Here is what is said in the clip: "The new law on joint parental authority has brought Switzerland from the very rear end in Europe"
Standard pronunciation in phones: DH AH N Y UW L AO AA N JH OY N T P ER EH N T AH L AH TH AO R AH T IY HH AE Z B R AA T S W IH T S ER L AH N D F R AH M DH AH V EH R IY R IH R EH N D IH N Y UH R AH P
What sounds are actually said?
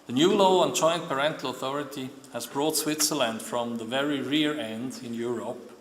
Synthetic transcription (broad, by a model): DH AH N Y UW L AO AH N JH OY N P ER EH N T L AH TH AO R AH T IY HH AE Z B R AA T S W IH T S ER L AH N D F R AH M DH AH V EH R IY R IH R EH N D IH N Y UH R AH P